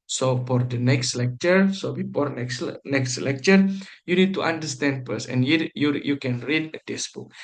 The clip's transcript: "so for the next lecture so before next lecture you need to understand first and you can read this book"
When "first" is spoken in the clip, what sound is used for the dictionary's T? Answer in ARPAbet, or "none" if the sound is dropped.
none